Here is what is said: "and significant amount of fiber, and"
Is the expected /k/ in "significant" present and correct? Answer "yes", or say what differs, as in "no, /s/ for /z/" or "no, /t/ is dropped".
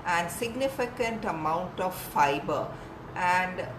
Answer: yes